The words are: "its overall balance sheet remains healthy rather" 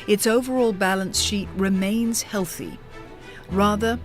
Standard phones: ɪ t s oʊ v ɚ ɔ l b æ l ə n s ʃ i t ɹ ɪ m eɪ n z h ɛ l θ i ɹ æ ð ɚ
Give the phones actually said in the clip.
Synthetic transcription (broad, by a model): ɪ t s oʊ v ɚ ɔ l b æ l ə n s ʃ i t ɹ ɪ m eɪ n z h ɛ l θ i ɹ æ ð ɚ